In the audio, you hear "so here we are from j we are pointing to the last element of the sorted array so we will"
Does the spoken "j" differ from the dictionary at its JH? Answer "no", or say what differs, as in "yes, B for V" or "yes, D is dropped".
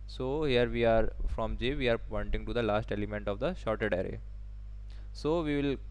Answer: no